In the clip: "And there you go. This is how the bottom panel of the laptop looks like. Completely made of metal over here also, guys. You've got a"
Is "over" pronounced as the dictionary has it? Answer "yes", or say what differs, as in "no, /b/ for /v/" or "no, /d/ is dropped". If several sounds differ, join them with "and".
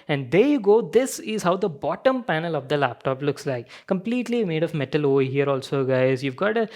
no, /v/ is dropped